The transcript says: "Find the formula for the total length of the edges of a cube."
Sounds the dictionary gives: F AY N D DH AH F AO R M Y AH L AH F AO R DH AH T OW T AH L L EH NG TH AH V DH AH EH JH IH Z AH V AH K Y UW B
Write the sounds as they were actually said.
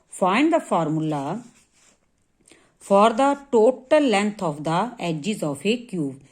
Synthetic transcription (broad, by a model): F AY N D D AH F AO R M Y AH L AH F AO R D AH T OW T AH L L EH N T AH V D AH EH JH IH Z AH F AH K Y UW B